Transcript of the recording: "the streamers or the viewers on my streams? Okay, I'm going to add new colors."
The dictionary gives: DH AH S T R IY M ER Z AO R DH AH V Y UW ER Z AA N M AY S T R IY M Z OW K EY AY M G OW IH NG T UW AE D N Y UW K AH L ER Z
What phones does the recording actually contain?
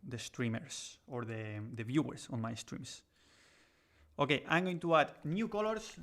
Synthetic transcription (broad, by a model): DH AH S T R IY M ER S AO R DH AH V Y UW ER S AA N M AY S T R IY M S OW K EY AY M G OW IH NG T UW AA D N Y UW K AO L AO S